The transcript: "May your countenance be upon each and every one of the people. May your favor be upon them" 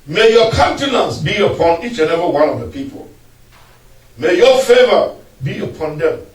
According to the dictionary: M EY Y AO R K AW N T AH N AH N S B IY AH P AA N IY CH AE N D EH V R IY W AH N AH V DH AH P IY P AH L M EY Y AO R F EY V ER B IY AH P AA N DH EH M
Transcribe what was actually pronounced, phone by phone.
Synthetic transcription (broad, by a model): M EY Y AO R K AW N T AH N AH N S B IY AH P AA N IY CH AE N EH V IY W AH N AH V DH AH P IY P AH L M EY Y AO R F EY V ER B IY AH P AA N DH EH M